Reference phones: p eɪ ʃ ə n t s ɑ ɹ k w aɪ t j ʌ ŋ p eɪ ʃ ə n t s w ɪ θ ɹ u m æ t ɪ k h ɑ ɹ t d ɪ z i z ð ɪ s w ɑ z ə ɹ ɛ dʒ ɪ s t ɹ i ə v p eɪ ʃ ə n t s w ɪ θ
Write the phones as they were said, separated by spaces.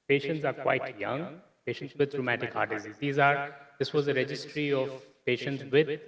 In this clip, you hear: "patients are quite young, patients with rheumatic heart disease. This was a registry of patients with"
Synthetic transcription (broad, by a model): p eɪ ʃ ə n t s ɑ ɹ k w aɪ t j ʌ ŋ p eɪ ʃ ə n t s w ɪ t ɹ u m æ t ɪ k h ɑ ɹ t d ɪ z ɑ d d ɪ s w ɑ z ə ɹ ɛ dʒ ɪ s t ɹ i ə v p eɪ ʃ ə n t s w ɪ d